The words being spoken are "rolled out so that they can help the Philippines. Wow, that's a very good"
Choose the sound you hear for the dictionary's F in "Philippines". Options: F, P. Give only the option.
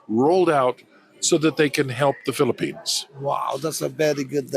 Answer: F